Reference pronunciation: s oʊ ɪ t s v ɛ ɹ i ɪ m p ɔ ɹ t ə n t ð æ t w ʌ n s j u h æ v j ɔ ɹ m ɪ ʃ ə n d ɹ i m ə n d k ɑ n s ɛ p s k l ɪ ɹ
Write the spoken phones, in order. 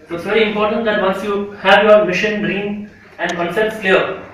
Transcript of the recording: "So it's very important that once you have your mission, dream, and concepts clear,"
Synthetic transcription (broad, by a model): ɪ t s v ɛ ɹ i ɪ m p ɔ ɹ t ə n t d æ t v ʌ n s j u h æ v j ɔ ɹ m ɪ ʃ ə n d ɹ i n ə n d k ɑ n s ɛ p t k l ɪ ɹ